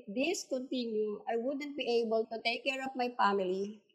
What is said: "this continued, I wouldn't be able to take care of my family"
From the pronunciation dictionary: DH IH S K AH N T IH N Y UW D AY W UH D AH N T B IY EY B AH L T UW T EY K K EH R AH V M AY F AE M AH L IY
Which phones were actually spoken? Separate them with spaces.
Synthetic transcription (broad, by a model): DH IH S K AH N T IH N Y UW AY W UH D AH N T B IY EY B AH L T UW T EY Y K EH R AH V M AY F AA M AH L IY